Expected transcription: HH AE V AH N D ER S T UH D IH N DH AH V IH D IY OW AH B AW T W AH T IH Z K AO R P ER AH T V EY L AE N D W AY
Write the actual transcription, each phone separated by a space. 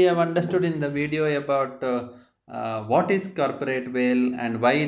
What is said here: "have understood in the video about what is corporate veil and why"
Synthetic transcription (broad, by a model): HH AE V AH N D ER S T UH D IH N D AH V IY D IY OW AH B AW T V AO T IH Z K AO R P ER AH T V EY L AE N D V AY